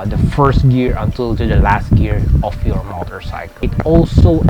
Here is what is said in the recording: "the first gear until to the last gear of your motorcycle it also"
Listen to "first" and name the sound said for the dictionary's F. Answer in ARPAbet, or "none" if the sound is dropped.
F